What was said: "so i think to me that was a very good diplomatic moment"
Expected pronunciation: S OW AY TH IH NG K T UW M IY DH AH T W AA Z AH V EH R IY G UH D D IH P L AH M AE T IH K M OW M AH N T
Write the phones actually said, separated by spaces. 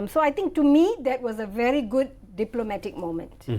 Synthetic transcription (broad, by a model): S OW AY T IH NG K T UW M IY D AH T W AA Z AH V EH R IY G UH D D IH P L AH M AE T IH K M OW M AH N T